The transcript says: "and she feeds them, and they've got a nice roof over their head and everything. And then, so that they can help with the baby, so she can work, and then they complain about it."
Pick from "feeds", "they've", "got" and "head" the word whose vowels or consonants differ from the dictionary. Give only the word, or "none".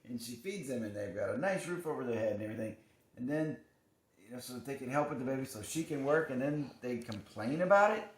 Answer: none